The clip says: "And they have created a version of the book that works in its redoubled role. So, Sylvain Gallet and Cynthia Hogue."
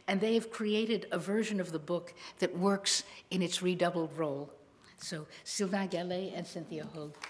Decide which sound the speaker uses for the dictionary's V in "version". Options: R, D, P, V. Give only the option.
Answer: V